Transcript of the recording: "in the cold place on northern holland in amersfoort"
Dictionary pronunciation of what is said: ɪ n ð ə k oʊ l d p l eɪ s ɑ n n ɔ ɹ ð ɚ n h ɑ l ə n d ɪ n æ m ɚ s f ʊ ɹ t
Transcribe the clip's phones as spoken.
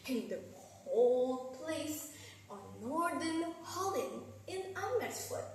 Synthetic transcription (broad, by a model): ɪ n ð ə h oʊ l p l eɪ s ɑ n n ɔ ɹ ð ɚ n h ɑ l ə n d ɪ n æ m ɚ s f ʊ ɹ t